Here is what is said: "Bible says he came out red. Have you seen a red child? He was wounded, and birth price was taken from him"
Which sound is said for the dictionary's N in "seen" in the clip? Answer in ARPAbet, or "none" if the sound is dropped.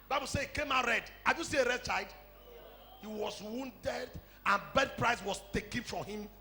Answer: none